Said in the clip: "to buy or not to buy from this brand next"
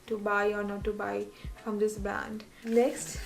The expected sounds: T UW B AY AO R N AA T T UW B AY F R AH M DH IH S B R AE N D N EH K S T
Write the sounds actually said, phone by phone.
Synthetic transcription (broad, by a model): T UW B AY AO R N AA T T UW B AY F R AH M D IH S B AE N D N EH K S T